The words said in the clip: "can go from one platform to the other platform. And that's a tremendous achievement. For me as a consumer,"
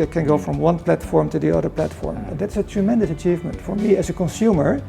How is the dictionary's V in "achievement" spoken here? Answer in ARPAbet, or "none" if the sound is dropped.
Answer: V